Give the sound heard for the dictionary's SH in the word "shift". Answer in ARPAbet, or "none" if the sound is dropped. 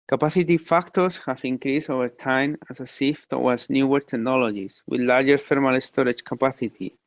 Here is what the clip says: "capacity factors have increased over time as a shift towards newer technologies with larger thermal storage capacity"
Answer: S